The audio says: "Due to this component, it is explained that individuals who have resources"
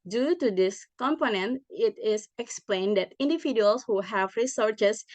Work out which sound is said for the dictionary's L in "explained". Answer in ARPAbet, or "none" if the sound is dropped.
L